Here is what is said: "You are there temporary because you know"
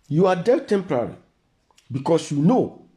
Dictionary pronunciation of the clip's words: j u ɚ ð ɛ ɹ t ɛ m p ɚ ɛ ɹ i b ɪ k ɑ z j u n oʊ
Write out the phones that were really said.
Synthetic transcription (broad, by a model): j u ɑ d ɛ l t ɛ m p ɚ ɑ ɹ i b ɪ k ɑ s j u n oʊ